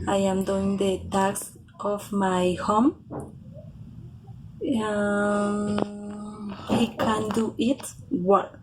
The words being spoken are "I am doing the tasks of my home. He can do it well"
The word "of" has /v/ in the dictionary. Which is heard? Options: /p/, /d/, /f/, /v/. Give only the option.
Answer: /f/